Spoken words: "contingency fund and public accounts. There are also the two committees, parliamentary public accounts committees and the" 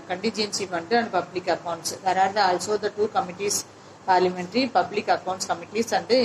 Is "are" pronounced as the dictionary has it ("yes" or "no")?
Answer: no